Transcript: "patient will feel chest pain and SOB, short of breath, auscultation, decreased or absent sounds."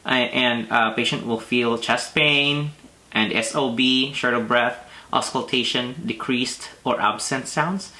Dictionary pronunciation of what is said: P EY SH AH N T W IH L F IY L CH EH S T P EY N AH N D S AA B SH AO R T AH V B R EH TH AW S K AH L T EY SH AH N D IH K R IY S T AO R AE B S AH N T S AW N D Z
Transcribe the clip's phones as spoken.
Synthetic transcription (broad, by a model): P EY SH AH N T W IH L F IY L CH EH S T P EY N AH N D S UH B SH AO R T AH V B R EH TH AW S K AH L T EY SH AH N D IH K R IY S T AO R AE B S AH N T S AW N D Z